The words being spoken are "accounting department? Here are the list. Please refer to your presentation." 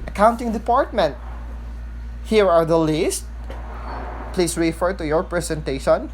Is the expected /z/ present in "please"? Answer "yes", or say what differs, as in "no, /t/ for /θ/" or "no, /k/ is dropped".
no, /s/ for /z/